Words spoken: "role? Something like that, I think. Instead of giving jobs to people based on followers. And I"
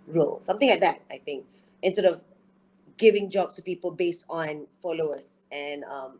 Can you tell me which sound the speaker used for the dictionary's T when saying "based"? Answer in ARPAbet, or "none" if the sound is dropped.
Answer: T